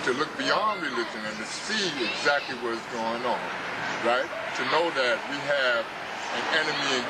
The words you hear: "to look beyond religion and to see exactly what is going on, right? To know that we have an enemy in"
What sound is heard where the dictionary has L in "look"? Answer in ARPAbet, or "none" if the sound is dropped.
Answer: L